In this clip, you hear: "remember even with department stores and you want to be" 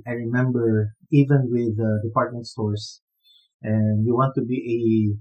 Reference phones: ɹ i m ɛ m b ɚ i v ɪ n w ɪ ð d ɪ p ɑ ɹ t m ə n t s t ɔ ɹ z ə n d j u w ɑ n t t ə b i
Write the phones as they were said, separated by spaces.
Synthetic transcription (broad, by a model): ɹ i m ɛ m b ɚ i v ɪ n w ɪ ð d ɪ p ɑ ɹ t m ə n t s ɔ ɹ s ə n d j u w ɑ n t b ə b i